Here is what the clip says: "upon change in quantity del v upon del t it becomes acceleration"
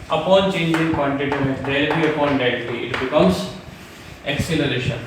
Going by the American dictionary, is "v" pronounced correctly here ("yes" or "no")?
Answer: no